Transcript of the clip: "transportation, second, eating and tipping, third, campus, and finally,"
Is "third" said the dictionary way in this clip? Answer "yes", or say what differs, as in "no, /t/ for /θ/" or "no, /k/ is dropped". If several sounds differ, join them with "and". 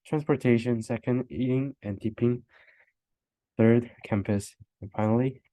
yes